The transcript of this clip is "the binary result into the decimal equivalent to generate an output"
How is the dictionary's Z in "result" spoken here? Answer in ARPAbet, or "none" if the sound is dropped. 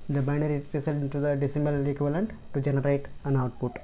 S